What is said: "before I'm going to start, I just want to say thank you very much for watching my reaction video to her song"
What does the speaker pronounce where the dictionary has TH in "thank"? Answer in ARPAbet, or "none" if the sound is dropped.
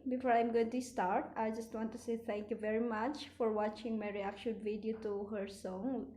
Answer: T